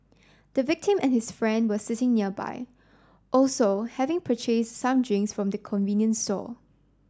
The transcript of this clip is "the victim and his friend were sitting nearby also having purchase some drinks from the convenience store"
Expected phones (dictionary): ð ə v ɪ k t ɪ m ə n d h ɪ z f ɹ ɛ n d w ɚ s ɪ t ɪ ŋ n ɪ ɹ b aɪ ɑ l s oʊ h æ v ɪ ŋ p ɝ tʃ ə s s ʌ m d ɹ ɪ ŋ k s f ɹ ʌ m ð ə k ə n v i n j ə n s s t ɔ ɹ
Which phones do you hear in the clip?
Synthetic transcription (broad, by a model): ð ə v ɪ k t ɪ m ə n h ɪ s f ɹ ɛ n d w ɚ s ɪ t ɪ ŋ n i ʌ b aɪ ɑ l s oʊ h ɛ v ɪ ŋ p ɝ tʃ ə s s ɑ m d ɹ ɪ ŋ s f ɹ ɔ m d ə k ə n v i n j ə n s s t ɔ